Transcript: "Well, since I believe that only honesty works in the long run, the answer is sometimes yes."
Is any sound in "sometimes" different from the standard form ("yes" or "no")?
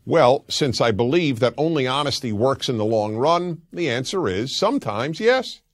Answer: no